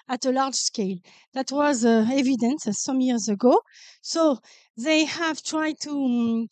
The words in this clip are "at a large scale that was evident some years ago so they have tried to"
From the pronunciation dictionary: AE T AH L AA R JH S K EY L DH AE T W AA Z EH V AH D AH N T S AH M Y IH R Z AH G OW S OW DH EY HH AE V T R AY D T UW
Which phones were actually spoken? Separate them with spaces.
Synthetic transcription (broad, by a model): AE T AH L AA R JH S K EY L DH AE T W AA Z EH V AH D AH N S S AH M Y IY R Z AH G OW S OW DH EY HH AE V T R AY D T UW